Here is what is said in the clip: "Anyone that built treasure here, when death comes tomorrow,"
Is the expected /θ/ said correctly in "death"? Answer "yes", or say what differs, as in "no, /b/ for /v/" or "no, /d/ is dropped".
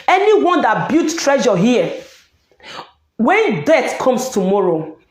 no, /t/ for /θ/